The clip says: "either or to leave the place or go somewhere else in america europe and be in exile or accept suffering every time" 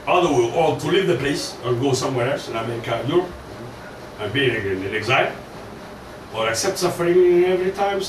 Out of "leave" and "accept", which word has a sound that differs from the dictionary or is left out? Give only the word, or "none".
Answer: none